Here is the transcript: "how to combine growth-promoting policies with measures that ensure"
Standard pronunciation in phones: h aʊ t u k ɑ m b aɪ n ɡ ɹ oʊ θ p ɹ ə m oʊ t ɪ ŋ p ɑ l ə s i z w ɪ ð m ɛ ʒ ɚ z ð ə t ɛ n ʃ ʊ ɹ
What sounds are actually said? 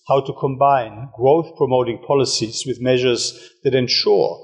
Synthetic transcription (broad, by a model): h aʊ t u k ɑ m b aɪ n ɡ ɹ oʊ θ p ɹ ə m oʊ t ɪ ŋ p ɑ l ə s i z w ɪ ð m ɛ ʒ ɚ z ð ə t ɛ n ʃ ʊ ɹ